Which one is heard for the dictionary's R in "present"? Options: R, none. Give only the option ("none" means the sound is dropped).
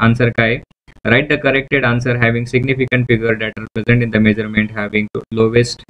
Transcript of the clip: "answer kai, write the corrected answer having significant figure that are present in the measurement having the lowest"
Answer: R